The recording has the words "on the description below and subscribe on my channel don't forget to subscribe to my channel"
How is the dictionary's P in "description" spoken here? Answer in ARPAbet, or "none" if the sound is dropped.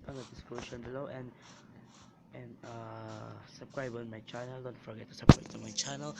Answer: none